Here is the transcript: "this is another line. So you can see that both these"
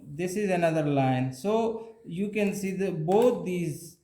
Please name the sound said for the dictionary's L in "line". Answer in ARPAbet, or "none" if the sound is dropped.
L